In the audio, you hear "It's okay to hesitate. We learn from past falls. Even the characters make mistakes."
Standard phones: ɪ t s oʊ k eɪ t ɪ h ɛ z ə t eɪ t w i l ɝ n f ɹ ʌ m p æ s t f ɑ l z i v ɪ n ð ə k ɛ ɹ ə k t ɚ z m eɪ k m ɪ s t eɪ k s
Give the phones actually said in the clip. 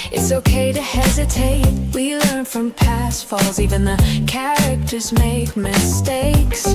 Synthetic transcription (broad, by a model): ɪ t s oʊ k eɪ t ɪ h ɛ z ə t eɪ t w i l ɝ n f ɹ ʌ m p æ s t f ɑ l z i v ɪ n ð ə k ɛ ɹ ə k t ɚ z m eɪ k m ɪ s t eɪ k s